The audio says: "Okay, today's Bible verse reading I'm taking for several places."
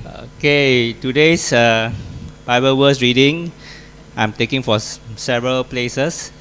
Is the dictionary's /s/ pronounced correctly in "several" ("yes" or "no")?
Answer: yes